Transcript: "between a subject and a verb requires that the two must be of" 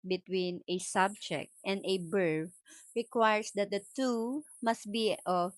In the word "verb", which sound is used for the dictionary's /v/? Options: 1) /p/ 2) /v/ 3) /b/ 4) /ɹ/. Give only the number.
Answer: 3